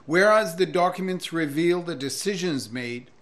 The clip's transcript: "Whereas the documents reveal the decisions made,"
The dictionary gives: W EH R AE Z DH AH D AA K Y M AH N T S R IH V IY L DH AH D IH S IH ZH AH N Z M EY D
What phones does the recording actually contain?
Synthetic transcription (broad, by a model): W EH R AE Z DH AH D AA K Y M AH N T S R IH V IY L DH AH D IH S IH ZH AH N Z M EY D